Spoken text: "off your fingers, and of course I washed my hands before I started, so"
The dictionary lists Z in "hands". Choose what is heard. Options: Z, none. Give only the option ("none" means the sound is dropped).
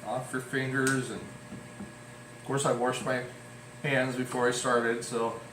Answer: Z